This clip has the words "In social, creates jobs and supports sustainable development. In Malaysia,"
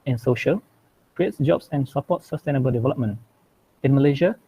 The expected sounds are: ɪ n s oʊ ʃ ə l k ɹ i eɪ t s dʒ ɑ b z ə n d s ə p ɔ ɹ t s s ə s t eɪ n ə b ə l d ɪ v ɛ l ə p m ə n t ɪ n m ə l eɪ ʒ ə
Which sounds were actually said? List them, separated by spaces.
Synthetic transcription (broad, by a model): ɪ n s oʊ ʃ ə l k ɹ i eɪ t s dʒ ɑ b s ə n s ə p ɔ t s s ə s t eɪ n ə b ə l d ɪ v ɛ l ə p m ə n t ɪ n m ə l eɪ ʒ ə